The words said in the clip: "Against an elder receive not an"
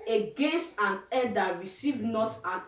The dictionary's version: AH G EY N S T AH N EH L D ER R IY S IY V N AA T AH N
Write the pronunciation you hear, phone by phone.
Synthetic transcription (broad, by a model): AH G EY N S T AH N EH D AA R IY S IY V N AA T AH N